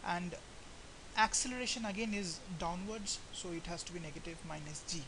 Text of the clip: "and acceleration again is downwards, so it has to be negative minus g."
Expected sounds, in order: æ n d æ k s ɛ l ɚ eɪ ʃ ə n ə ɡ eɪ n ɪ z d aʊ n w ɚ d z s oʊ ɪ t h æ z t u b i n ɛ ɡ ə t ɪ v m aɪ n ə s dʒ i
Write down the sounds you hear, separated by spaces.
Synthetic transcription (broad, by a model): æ n d æ k s ɛ l ɚ eɪ ʃ ə n ə ɡ eɪ n ɪ z d aʊ n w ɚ d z s oʊ ɪ t h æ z t u b i n ɛ ɡ ə t ɪ v m aɪ n ə s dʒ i